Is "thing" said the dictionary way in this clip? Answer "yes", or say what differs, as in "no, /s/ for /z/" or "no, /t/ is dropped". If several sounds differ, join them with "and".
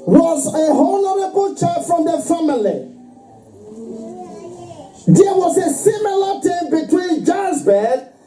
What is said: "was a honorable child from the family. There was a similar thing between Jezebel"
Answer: no, /t/ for /θ/